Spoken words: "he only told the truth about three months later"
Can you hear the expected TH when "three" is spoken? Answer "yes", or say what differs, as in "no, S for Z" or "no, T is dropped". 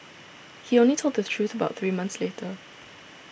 yes